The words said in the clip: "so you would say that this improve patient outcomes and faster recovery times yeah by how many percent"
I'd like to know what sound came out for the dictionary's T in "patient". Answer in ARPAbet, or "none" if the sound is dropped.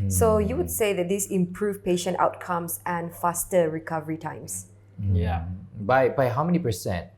T